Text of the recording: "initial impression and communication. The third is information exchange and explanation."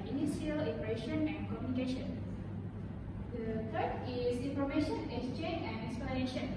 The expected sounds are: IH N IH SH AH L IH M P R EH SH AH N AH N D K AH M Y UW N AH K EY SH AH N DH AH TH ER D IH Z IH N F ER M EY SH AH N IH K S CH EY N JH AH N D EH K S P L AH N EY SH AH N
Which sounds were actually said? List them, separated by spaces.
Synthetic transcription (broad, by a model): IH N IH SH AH L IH P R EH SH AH N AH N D K AH M Y UW N AH K EY SH AH N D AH T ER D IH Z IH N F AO M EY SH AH N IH S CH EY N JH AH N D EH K S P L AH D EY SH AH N